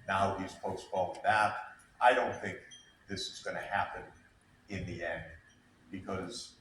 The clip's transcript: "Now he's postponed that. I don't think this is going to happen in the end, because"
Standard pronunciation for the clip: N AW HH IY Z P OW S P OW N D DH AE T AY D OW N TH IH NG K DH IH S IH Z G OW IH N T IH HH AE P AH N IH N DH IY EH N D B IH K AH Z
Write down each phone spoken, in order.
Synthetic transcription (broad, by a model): N AW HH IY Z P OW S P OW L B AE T AY D OW N TH IH NG K DH IH S IH Z G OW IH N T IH HH AE P AH N IH N DH IY EH N D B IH K AH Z